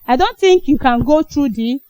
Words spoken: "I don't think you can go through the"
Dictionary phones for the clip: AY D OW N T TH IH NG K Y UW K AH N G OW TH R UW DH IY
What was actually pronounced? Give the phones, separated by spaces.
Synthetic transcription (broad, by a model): AY D OW N T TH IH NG K Y UW K AH N G OW T R UW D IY